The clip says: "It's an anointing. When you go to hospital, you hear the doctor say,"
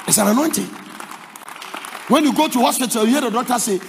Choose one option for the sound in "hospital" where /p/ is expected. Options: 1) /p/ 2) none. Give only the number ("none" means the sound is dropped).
2